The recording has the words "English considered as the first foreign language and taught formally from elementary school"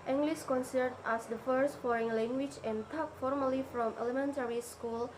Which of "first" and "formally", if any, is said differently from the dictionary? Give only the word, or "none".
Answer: none